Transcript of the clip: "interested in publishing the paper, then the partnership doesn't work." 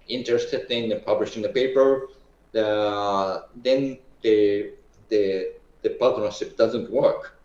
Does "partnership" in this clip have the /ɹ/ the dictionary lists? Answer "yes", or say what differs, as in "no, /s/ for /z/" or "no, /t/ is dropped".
no, /l/ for /ɹ/